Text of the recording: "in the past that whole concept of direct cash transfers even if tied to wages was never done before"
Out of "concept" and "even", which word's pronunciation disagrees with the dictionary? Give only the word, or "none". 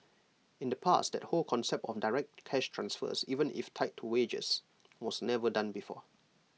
none